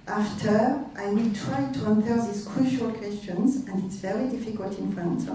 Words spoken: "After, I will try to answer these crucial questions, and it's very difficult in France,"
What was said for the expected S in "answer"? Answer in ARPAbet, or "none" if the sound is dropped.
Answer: TH